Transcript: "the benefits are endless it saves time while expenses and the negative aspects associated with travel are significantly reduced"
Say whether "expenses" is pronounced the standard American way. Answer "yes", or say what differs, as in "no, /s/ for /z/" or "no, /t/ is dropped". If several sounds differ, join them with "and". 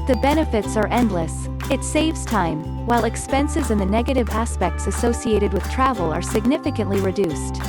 yes